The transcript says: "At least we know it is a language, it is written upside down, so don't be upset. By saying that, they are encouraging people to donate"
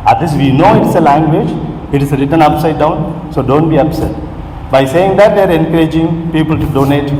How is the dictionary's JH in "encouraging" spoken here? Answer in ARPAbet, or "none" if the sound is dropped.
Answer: JH